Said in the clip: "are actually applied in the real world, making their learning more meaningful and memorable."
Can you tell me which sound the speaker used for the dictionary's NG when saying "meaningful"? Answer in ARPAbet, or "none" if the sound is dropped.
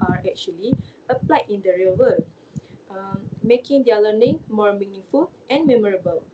NG